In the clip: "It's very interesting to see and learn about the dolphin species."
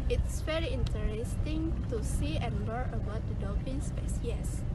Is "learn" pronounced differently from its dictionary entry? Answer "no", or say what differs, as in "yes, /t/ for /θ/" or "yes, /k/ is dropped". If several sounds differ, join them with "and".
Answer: yes, /n/ is dropped